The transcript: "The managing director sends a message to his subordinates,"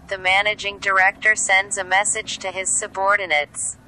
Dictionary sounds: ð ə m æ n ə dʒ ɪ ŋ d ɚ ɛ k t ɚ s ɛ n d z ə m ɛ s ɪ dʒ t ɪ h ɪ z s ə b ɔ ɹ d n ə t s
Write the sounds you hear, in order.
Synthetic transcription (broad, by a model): ð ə m æ n ə dʒ ɪ ŋ d ɚ ɛ k t ɚ s ɛ n d z ə m ɛ s ɪ dʒ t ɪ ɪ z s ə b ɔ ɹ d n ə t s